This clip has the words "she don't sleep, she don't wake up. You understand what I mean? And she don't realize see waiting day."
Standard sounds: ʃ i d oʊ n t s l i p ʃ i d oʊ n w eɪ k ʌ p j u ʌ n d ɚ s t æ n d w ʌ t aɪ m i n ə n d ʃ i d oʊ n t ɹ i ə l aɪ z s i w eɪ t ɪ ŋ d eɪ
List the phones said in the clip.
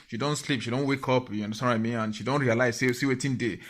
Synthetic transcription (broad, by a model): ʃ i d oʊ n t s l i p ʃ i d oʊ n w eɪ k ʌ p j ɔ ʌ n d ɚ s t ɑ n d aɪ m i ə n ʃ i d oʊ n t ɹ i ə l aɪ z s i w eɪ t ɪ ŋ d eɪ